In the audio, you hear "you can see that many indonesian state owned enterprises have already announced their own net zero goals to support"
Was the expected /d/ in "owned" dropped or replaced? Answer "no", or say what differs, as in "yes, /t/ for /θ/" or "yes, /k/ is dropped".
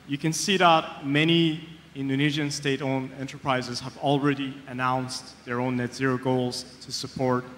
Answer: yes, /d/ is dropped